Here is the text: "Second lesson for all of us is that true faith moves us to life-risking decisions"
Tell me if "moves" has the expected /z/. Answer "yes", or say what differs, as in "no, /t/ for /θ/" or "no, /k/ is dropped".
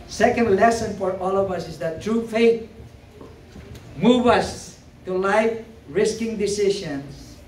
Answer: no, /z/ is dropped